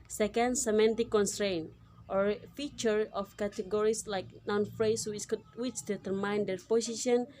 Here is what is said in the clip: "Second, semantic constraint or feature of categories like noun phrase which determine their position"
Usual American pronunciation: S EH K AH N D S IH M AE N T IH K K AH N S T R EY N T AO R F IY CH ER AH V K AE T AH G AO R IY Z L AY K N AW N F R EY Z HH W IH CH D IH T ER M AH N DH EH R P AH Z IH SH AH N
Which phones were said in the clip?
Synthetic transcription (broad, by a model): S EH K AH N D S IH M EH N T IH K K AH N S T R EY N T AO R F IY CH ER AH F K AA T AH G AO R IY S L AY K N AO N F R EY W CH W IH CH D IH T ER M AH N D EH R P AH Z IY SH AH N